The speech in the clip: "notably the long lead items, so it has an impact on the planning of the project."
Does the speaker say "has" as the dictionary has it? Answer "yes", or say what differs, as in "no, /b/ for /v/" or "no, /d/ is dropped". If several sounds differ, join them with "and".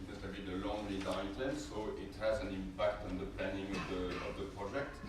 yes